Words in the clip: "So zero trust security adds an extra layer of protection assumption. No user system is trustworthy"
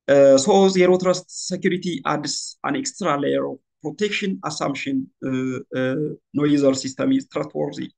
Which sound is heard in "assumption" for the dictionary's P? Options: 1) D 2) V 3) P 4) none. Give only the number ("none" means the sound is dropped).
4